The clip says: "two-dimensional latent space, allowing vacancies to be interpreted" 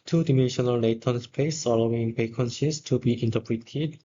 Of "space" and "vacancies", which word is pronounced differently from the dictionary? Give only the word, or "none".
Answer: vacancies